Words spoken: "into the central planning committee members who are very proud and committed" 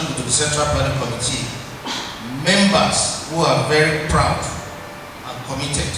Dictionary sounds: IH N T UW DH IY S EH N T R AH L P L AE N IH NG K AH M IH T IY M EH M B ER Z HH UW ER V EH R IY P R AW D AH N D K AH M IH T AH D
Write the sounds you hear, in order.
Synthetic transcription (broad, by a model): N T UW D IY S EH N T R AH L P AA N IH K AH M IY T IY M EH M B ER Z HH UW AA V EH R IY P R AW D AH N K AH M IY T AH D